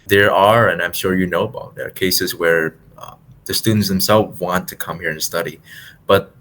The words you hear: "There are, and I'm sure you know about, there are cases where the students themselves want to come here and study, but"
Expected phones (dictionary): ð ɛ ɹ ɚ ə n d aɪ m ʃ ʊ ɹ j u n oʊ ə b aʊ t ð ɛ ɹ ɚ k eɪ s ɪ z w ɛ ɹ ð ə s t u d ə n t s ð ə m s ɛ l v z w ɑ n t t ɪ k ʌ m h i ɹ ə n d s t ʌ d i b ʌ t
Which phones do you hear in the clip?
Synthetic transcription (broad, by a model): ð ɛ ɹ ɚ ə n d aɪ m ʃ ʊ ɹ j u n oʊ ə b aʊ t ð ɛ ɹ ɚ k eɪ s ɪ z w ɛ ɹ ð ə s t u d n t s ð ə m s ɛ l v w ɑ n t t ɪ k ʌ m h i ɹ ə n s t ʌ d i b ʌ t